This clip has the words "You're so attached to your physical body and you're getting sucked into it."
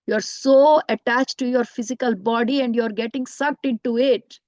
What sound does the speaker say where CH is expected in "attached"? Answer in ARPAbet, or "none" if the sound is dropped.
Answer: CH